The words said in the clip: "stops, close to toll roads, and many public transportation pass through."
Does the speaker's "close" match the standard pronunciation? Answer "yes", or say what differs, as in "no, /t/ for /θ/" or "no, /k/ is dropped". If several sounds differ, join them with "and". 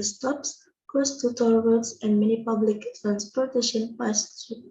no, /l/ is dropped